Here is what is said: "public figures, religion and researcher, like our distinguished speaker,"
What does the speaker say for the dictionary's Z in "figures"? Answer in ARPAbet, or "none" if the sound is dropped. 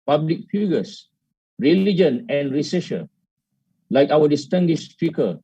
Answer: S